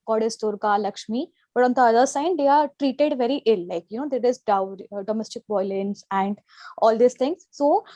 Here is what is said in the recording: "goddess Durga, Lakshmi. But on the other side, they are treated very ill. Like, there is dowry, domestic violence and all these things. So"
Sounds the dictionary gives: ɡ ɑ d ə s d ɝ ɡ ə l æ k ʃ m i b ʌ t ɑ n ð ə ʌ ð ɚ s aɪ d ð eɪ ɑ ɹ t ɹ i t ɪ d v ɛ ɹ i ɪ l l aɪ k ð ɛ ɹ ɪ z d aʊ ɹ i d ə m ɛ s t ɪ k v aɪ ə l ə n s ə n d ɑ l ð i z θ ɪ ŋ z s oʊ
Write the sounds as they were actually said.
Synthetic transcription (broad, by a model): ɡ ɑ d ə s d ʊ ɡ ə l æ k ʃ m i b ʌ t ɑ n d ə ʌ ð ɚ s aɪ d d eɪ ɑ ɹ t ɹ i t ɪ d v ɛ ɹ i ɪ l l aɪ k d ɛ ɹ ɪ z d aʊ i d ə m ɛ s t ɪ k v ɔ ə l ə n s ə n d ɑ l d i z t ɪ ŋ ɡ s oʊ